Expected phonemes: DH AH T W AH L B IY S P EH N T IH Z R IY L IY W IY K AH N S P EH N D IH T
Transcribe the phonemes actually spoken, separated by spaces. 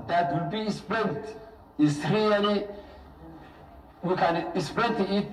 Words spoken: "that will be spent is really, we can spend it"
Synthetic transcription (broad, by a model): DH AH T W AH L B IY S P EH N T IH S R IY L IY W IY K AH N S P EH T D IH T